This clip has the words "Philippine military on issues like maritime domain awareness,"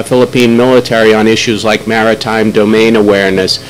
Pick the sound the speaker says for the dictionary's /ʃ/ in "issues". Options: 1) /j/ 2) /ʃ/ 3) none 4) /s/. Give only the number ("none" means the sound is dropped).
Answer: 2